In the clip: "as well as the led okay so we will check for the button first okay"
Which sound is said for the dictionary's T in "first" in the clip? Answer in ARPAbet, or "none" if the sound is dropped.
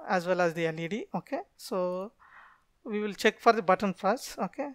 none